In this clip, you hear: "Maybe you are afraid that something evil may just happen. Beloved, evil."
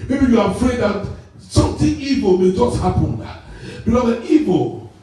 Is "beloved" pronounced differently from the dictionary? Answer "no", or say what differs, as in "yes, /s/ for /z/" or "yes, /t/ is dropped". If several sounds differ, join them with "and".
yes, /v/ is dropped and /d/ is dropped